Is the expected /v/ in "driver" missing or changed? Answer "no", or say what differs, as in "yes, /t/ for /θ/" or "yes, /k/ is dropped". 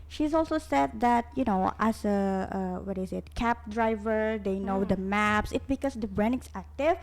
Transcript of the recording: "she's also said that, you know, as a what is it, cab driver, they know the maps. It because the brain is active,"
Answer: no